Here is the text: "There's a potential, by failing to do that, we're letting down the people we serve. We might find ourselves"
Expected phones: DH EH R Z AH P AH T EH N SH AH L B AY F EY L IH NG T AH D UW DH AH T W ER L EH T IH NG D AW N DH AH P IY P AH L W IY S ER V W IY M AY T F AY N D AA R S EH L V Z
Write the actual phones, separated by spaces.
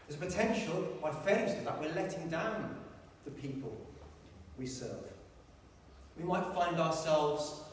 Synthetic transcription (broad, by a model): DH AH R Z AH P AH T EH N SH AH L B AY F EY IH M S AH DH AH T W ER L EH T IH NG D AW N DH AH P IY P AH L W IY S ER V W IY M AY T F AY N D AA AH S EH L V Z